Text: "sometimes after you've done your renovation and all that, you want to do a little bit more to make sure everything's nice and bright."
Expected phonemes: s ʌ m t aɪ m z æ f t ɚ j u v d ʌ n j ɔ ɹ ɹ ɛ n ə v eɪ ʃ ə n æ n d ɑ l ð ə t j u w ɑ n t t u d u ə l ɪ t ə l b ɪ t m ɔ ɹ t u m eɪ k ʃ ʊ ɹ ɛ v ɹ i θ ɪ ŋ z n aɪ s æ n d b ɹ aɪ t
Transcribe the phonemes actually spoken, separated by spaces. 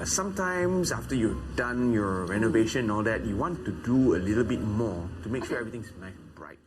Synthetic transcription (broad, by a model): s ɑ m t aɪ m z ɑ f t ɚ j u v d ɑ n j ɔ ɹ ɹ ɛ n ə v eɪ ʃ ə n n ɑ l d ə t j u w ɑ n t t u d u ə l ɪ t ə l b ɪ t m ɔ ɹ t u m eɪ k ʃ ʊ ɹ ɛ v ɹ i t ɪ ŋ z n aɪ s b ɹ aɪ t